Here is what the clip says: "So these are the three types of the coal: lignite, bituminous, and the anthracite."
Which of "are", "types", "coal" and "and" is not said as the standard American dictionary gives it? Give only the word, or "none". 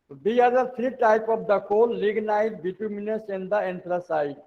types